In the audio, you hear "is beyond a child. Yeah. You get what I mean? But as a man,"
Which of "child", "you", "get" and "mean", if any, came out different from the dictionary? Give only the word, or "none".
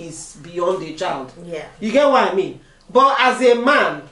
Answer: none